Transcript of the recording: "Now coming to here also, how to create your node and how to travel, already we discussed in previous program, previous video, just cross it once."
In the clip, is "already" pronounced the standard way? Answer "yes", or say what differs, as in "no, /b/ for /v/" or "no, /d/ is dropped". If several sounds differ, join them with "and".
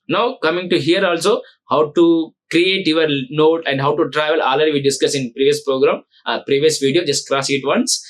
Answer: no, /ɹ/ is dropped